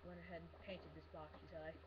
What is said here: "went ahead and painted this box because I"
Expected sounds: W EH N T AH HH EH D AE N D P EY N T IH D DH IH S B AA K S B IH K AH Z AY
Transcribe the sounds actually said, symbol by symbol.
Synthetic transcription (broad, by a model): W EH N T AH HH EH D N P EY N T IH D DH IH S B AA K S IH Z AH AY